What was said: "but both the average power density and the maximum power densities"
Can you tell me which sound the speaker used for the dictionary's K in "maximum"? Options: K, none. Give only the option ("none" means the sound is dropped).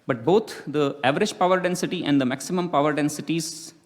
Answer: K